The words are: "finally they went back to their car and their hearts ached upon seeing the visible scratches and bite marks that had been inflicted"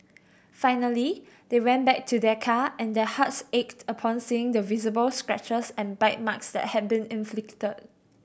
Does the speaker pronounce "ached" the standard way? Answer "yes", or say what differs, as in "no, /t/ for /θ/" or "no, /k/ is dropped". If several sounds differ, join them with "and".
yes